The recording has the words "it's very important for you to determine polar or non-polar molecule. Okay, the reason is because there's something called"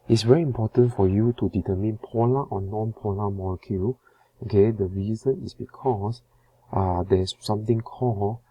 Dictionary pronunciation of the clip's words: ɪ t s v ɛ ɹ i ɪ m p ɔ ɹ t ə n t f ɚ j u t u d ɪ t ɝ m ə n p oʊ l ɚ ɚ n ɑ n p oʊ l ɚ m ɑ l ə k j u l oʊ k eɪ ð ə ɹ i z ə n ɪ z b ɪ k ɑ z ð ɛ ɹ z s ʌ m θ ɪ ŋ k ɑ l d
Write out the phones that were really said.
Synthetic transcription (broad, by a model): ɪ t s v ɛ ɹ i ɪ m p ɔ t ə n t f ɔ j u t u d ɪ t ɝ m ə n p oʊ l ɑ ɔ n ɑ n p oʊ l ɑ m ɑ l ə k j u oʊ k eɪ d ə ɹ i z ə n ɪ s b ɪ k ɑ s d ɛ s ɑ m t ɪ ŋ k ɑ